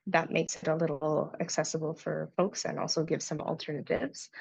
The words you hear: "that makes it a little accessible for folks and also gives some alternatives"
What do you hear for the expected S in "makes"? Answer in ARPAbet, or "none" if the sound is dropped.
S